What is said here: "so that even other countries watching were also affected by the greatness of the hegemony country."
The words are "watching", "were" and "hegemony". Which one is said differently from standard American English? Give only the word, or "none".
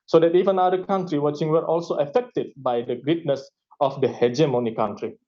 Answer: none